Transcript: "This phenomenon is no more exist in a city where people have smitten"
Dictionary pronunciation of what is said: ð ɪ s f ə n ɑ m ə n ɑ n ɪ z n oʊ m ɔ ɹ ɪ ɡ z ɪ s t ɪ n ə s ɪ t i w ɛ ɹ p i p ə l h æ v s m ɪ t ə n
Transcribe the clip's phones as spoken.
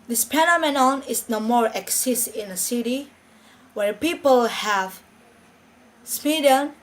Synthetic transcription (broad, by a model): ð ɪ s p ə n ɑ m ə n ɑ n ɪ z n oʊ m ɔ ɹ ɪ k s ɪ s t ɪ n ə s ɪ t i w ɛ ɹ p i p ə l h æ v s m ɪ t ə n